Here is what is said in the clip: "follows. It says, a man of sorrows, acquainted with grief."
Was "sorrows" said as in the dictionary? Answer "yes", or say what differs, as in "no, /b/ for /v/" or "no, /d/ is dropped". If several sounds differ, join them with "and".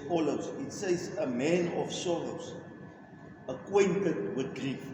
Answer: no, /l/ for /ɹ/